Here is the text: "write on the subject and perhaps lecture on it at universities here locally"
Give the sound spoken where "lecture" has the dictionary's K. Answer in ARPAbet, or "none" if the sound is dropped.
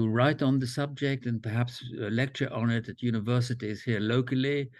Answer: K